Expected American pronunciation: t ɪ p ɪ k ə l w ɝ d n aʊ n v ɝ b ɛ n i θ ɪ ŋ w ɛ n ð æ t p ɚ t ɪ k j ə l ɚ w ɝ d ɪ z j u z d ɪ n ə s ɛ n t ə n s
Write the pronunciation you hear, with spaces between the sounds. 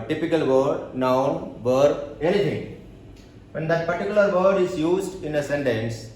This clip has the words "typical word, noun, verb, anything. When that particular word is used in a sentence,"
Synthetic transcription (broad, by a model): t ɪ p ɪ k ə l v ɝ d n aʊ n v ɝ ɛ l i f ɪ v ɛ n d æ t p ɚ t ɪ k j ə l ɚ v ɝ d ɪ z j u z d ɪ n ə s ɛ n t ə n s